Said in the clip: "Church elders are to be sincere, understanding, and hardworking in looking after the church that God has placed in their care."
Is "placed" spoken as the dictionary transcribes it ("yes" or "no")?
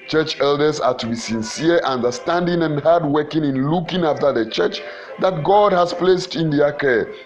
yes